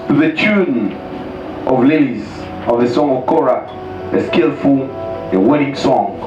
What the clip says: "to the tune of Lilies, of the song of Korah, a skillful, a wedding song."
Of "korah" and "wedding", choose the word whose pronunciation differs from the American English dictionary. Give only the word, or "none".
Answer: none